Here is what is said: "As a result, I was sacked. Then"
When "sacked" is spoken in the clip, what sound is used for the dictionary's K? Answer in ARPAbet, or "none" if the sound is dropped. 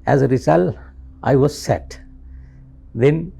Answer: none